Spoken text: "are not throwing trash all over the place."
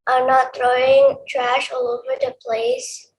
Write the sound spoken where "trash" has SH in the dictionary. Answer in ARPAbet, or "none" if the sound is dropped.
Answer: SH